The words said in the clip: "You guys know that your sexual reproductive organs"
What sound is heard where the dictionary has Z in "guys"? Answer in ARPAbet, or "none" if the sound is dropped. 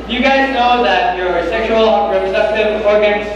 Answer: Z